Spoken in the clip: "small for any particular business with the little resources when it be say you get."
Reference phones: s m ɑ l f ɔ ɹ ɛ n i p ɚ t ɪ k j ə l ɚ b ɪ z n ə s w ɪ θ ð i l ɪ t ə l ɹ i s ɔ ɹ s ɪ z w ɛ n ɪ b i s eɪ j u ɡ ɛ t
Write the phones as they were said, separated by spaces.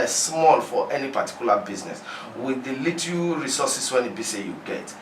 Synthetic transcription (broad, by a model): s m ɑ l f ɔ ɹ ɛ n i p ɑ t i k j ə l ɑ b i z n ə s w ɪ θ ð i l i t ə ɹ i s ɔ s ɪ s w ɛ n ɪ b i s eɪ j u ɡ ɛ t